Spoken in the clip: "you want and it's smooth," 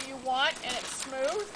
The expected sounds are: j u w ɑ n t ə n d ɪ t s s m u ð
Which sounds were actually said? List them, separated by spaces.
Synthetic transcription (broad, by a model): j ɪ w ɑ n t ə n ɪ t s s m u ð